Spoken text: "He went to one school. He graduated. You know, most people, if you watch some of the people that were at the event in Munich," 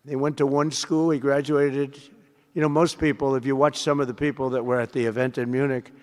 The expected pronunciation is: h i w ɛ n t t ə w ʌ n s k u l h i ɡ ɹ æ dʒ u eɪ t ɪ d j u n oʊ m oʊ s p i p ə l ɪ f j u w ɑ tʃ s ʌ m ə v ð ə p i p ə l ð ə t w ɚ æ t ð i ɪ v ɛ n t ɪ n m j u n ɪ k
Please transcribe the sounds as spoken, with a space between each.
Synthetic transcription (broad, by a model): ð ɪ w ɛ n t t ə w ʌ n s k u l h i ɡ ɹ æ dʒ u eɪ t ɪ d j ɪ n oʊ m oʊ s p i p l ɪ f j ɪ w ɑ tʃ s ʌ m ə v ð ə p i p l ð ə t w ɚ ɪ t ð i ɪ v ɛ n t ɪ n m j u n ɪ k